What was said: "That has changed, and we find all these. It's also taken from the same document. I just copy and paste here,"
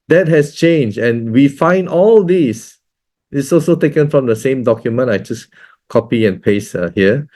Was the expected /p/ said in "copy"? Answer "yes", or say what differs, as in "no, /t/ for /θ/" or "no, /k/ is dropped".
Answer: yes